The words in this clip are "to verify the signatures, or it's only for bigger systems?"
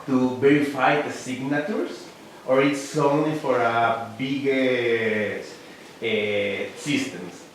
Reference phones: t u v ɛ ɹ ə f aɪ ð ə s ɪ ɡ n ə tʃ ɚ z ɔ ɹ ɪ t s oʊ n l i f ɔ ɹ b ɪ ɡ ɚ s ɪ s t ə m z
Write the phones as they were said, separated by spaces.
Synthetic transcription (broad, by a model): t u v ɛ ɹ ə f aɪ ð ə s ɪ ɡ n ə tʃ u s ɔ ɹ ɪ t s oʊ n l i f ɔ ɹ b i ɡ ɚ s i s t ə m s